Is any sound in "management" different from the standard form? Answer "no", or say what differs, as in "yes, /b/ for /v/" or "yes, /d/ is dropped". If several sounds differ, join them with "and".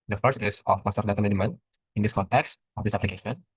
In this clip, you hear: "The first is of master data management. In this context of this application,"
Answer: yes, /dʒ/ is dropped